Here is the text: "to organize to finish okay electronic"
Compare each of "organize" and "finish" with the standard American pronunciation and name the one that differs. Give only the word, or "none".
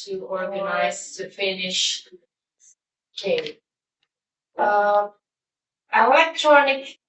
none